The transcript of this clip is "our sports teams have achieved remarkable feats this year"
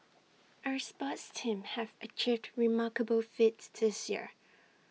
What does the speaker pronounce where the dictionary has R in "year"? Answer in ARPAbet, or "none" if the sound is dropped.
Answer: R